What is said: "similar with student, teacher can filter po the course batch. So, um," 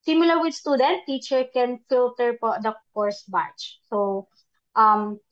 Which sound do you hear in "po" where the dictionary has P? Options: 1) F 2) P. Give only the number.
2